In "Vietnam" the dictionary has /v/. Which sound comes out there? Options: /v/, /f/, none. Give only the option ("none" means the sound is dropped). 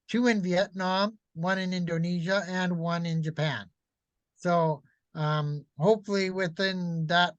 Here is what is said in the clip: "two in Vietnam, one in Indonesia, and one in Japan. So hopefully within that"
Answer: /v/